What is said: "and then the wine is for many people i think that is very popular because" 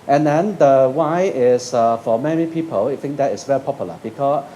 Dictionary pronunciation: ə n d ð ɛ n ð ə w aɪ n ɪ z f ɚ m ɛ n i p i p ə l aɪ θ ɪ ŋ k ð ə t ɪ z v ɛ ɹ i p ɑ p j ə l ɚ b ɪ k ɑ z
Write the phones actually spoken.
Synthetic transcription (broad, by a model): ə n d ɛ n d ə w aɪ ɪ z f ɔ m ɛ n i p i p ə l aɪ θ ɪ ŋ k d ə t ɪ s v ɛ ɹ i p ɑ p j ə l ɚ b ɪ k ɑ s